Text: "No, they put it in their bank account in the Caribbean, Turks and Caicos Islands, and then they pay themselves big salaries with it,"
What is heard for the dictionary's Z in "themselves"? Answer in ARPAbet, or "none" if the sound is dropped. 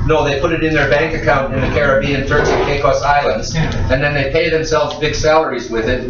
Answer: Z